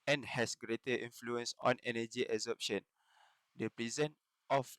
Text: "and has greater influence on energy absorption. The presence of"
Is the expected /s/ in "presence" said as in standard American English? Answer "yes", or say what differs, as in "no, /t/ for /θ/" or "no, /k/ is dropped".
no, /s/ is dropped